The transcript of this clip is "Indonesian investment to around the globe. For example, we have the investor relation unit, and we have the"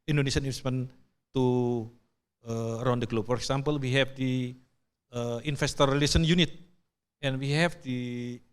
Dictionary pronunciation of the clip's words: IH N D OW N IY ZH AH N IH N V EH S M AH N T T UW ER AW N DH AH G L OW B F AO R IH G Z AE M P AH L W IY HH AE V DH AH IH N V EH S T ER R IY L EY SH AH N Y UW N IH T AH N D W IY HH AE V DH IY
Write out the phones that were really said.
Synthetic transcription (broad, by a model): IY N D OW N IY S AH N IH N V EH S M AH N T T UW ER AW N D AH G L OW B F AO R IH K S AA M P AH L W IY HH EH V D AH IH N F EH S T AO R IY L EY S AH N Y UW N IH T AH N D W IY HH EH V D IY